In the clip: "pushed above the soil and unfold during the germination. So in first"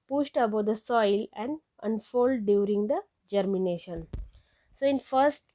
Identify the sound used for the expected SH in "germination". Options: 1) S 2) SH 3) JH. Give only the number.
2